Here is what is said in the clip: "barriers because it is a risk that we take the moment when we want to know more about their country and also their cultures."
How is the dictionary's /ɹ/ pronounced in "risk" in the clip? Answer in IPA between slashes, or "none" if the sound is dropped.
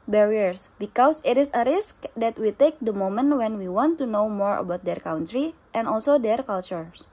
/ɹ/